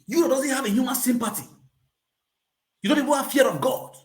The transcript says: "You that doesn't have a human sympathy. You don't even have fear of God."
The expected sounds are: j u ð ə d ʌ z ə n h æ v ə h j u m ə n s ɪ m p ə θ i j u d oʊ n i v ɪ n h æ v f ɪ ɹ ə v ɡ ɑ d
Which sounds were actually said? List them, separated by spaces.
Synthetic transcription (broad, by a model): j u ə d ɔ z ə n h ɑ v ə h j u m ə n s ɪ m p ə t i j u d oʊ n i v ɪ n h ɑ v f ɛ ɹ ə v ɡ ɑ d